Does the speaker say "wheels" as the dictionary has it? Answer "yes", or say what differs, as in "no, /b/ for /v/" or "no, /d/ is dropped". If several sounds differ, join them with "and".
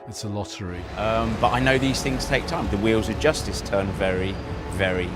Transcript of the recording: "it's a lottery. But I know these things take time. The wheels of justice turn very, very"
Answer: yes